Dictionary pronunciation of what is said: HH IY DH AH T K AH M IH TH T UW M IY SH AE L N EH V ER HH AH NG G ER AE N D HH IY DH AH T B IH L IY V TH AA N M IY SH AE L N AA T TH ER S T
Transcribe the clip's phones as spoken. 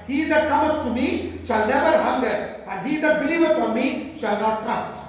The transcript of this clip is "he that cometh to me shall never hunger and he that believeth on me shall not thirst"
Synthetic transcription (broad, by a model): HH IY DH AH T K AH M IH S T UW M IY SH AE L N EH V ER HH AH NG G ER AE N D HH IY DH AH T B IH L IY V F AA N M IY SH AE L N AA T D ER S T